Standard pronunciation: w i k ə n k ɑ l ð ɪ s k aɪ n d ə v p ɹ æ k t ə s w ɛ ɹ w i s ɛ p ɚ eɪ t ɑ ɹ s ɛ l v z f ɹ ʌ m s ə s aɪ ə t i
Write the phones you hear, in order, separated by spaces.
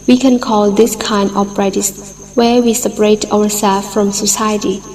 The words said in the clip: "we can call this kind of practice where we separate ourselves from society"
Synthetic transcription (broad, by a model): w i k ə n k ɑ l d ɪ s k aɪ n d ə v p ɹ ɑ t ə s w ɛ ɹ w i s ɛ p ɚ eɪ t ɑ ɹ s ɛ l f ɹ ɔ m s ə s aɪ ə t i